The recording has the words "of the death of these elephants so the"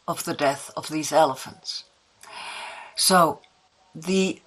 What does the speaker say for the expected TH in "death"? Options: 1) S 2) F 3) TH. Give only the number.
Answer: 3